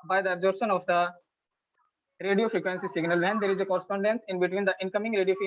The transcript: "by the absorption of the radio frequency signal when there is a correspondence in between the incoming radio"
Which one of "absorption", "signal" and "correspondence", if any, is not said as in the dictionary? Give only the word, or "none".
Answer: absorption